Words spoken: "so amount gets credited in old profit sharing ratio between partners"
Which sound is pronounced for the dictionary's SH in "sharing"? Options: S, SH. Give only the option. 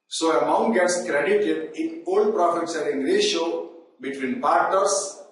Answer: S